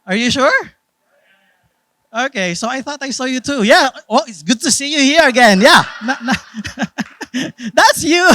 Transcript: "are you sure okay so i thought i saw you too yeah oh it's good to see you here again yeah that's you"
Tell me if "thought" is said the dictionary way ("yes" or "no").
yes